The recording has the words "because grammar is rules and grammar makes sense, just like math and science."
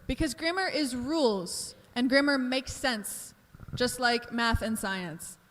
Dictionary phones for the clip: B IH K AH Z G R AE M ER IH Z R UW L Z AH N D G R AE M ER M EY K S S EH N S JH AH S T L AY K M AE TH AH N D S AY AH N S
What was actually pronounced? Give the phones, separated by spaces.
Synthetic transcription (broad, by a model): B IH K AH Z G R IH M ER IH Z R UW L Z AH N G R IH M ER M EY K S S EH N S JH AH S T L AY K M AE TH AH N S AY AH N S